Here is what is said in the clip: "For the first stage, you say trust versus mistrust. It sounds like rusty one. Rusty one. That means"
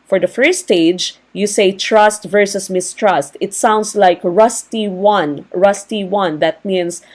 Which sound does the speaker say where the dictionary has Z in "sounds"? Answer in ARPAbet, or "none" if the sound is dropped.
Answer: S